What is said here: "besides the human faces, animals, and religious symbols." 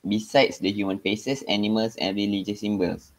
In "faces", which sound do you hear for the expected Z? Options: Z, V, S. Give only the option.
S